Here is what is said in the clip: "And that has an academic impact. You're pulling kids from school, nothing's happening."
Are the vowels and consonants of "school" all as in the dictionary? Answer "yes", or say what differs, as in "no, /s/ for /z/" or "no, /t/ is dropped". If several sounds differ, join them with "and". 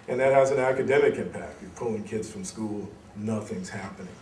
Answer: yes